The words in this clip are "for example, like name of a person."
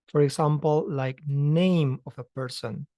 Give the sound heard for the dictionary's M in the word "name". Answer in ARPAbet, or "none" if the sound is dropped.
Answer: M